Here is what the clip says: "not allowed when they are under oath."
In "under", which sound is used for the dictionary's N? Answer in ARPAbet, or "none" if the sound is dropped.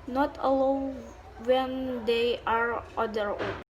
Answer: none